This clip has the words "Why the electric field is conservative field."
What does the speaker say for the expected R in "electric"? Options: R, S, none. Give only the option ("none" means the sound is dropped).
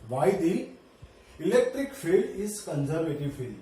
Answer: R